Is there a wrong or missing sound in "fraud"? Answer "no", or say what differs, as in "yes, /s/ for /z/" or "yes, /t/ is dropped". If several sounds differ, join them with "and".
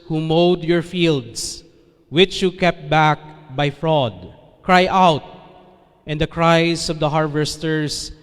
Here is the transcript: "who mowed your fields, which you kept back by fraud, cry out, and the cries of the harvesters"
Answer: no